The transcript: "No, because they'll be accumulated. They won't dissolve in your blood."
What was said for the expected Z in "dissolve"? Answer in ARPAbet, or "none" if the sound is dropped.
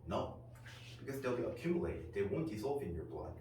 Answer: S